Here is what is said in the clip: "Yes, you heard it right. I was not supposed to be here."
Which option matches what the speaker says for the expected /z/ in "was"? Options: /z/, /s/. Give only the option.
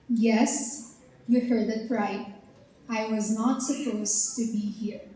/z/